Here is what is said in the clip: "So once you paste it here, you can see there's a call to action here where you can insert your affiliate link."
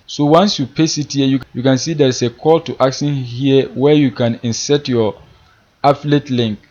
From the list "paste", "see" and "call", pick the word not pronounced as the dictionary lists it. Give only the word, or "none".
paste